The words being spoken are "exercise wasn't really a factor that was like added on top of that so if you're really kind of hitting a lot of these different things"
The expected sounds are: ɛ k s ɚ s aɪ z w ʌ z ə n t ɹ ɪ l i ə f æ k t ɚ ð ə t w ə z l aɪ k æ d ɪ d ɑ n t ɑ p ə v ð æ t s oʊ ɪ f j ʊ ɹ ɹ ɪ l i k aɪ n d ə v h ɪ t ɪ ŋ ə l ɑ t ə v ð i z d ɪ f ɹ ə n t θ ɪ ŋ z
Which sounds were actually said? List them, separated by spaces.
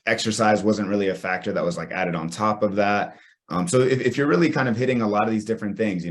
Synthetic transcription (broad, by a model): ɛ k s ɚ s aɪ z w ʌ z ə n t ɹ ɪ l i ə f æ k t ɚ ð ə t w ə z l aɪ k æ d ɪ d n t ɑ p ə v ð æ t s oʊ ɪ f j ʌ ɹ ɹ ɪ l i k aɪ n d ə v h ɪ t ɪ ŋ ə l ɑ t ə v ð i z d ɪ f ɹ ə n θ ɪ ŋ z